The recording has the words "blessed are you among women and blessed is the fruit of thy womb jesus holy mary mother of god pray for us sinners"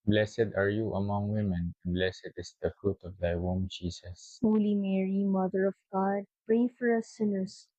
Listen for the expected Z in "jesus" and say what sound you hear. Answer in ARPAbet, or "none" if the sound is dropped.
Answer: S